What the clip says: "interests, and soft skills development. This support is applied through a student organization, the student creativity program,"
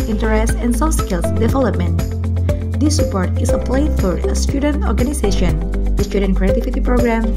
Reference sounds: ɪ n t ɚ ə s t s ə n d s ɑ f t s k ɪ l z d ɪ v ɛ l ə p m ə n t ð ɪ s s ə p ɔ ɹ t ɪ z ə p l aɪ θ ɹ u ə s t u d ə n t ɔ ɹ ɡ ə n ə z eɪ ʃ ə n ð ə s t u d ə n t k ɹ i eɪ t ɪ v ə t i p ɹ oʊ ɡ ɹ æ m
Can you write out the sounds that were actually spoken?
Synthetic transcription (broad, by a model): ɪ n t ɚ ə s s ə n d s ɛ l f s k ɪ l s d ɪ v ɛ l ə p m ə n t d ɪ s s ə p ɔ ɹ t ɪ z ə p l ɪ f ɹ ə s t u d ə n t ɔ ɹ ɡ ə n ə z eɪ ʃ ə n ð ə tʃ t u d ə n k ɹ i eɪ t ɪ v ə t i p ɹ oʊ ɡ ɹ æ m